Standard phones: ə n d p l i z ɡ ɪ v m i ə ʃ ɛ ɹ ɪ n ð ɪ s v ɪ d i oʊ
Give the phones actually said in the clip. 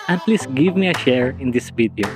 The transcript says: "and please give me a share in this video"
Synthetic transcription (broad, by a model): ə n p l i s ɡ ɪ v m i ə ʃ ɛ ɹ ɪ n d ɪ s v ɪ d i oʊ